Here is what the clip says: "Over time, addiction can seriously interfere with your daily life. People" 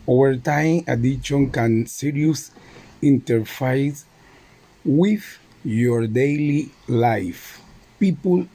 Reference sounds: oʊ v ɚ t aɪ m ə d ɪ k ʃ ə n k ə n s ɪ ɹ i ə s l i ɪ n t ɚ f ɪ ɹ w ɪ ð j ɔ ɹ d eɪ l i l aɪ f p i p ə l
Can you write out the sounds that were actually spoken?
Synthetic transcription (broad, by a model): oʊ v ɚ t aɪ m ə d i ʃ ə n k ə n s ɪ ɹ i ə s i n t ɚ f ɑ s w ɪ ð j ɔ ɹ d eɪ l i l aɪ f p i p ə l